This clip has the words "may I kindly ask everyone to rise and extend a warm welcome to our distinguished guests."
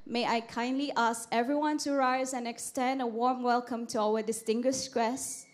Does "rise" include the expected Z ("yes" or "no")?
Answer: yes